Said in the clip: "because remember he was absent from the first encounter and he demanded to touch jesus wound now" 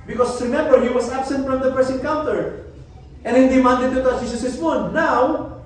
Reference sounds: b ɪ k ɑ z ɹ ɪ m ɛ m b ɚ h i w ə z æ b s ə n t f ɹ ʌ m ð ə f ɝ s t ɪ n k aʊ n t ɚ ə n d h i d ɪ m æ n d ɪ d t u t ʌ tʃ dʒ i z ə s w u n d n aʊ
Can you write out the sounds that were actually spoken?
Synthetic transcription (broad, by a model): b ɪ k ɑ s ɹ ɪ m ɛ m b ɚ h i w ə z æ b s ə n t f ɹ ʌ m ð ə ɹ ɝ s ɪ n k aʊ n t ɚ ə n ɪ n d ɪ m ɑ n d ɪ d t u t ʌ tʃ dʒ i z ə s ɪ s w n aʊ